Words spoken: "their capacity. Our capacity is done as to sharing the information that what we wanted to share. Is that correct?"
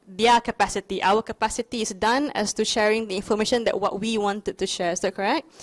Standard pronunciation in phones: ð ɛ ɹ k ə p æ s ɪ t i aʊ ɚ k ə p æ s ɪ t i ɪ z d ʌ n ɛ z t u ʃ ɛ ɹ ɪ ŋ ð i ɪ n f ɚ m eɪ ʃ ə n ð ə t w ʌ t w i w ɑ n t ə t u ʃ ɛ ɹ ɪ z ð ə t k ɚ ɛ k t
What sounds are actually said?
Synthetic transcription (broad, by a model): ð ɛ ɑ k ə p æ s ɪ t i aʊ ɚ k ə p æ s ɪ t i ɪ s d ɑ n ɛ s t u ʃ ɛ ɹ ɪ ŋ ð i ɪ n f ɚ m eɪ ʃ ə n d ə t w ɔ t w i w ɑ n t ə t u ʃ ɛ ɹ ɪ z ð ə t k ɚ ɛ k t